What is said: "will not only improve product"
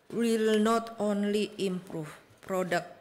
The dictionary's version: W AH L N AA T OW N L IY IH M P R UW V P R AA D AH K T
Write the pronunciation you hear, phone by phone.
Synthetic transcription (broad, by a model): W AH L N AA T OW N L IY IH M P R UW F P R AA D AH K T